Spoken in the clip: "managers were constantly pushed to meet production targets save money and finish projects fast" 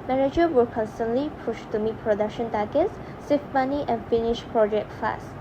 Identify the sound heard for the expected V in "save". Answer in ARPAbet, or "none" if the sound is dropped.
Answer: F